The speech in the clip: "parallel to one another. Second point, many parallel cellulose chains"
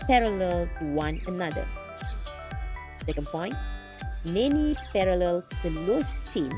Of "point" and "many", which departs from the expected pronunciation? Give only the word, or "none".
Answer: none